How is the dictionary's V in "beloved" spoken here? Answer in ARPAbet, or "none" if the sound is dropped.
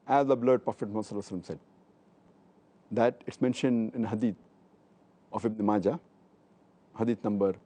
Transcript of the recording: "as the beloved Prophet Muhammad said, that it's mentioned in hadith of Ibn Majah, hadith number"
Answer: none